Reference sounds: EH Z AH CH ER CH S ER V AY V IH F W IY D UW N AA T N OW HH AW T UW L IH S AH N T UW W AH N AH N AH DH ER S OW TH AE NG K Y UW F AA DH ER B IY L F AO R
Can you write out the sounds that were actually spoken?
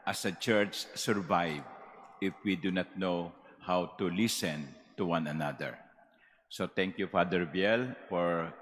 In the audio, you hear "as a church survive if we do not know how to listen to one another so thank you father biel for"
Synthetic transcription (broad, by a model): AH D AH CH ER CH S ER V AY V IH F W IY D UW N AA T N OW HH AW T UW L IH S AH N T UW W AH N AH N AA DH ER S OW T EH NG K Y UW F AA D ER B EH L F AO R